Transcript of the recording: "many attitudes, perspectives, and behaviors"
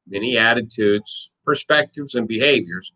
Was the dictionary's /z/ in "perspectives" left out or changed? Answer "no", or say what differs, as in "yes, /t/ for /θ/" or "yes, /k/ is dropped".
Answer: no